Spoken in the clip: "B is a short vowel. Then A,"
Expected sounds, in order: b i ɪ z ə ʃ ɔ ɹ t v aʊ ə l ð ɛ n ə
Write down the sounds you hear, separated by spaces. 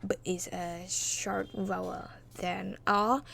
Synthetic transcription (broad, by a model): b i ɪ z ə ʃ ɔ ɹ t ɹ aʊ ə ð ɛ n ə